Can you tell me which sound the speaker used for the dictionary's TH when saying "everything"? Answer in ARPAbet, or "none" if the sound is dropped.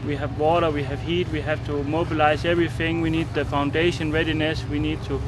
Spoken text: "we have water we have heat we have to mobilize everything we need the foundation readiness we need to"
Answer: TH